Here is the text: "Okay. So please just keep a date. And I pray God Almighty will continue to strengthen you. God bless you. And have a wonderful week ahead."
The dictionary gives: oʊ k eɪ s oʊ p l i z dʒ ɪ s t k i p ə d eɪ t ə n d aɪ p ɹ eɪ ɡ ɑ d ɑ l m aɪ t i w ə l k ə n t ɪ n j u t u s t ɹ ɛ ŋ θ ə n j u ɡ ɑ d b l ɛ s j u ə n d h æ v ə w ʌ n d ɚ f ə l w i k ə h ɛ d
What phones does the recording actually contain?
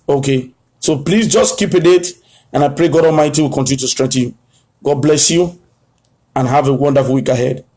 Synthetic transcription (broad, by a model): oʊ k eɪ s oʊ p l i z dʒ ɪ s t k i p ə d eɪ t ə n aɪ p ɹ eɪ ɡ ɑ d ɑ l m aɪ t i w ə l k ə n t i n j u t u s t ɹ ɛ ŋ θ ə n j u ɡ ɑ d b l ɛ s j u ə n h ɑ v ə w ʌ n d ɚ f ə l w i k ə h ɛ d